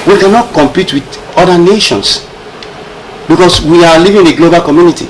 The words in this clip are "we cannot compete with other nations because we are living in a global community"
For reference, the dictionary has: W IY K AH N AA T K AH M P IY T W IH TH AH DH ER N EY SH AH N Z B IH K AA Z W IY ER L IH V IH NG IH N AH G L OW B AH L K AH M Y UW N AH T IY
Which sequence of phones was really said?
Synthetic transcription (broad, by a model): W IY K AH N AA T K AH M P IY T W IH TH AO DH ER N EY SH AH N S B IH K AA S W IY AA L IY V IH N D AH G L OW B AH L K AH M Y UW N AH T IY